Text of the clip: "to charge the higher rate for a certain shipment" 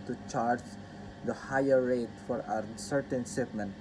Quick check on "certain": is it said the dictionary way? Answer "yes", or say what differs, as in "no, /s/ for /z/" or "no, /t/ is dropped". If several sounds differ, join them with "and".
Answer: yes